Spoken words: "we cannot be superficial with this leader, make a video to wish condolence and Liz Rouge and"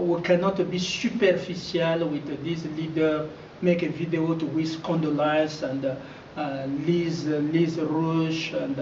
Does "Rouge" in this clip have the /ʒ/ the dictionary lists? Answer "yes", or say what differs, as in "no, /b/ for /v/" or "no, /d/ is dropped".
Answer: no, /ʃ/ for /ʒ/